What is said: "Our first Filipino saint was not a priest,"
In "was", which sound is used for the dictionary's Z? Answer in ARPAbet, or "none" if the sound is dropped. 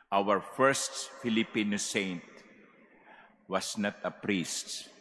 S